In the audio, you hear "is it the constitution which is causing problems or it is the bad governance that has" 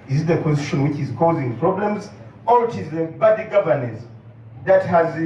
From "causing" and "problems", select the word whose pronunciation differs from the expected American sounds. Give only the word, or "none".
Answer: none